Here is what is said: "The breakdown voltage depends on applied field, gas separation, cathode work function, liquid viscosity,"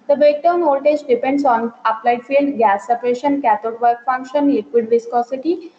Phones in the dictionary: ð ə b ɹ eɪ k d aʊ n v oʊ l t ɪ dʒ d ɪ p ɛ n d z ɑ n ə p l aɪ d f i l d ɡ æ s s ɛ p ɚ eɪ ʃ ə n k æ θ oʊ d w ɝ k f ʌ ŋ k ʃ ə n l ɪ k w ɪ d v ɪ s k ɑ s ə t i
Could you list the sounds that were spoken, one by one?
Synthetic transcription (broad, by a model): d ə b eɪ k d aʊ n oʊ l t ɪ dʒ d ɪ p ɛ n d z ɑ n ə p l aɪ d f i l d ɡ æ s s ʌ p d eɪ ʃ ə n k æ t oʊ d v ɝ k f ʌ ŋ k ʃ ə n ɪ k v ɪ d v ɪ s k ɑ s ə t i